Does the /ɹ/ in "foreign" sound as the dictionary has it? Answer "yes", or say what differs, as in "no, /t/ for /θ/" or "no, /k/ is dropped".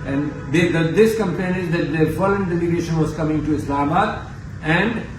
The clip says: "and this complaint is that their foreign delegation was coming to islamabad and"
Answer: no, /l/ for /ɹ/